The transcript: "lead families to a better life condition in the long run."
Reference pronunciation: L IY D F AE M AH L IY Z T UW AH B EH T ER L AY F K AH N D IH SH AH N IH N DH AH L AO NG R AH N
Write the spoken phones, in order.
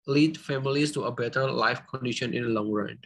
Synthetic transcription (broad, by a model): L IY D F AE M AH L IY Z T UW AH B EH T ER L AY F K AH N D IH SH AH N IH N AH L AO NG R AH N